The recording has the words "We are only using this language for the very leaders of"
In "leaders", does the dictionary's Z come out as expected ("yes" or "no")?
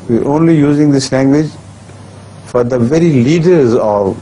yes